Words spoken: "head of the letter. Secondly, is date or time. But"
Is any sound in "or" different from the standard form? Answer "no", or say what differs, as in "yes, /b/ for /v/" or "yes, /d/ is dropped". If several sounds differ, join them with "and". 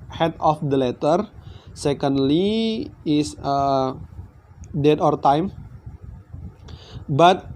no